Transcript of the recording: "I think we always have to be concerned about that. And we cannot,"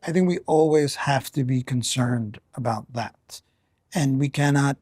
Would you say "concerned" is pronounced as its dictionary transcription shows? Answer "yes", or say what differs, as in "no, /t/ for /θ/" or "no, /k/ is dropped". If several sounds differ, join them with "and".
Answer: yes